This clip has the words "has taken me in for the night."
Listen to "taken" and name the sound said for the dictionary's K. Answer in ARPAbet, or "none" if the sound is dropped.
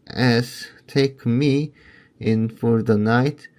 none